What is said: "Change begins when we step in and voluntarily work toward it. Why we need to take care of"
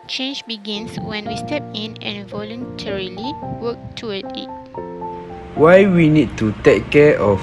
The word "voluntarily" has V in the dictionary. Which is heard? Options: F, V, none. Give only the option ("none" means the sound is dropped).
V